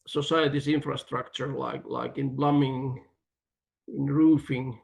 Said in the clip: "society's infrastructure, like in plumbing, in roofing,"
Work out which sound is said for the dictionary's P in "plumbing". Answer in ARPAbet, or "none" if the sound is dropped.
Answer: B